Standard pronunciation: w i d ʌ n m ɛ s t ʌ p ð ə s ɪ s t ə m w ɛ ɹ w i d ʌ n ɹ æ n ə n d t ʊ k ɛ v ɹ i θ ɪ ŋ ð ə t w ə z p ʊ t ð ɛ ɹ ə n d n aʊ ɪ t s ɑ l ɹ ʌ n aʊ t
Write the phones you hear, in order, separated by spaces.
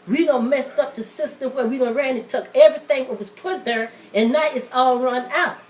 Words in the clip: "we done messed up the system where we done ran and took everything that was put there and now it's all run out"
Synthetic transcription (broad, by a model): w i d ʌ m ɛ s t ʌ p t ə s ɪ s t ə m w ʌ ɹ w i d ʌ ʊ ɹ æ n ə t ʊ k ɛ v ɹ i θ ɪ ŋ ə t w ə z p ʊ t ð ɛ ɹ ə n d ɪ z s ɑ l ɹ ʌ n aʊ t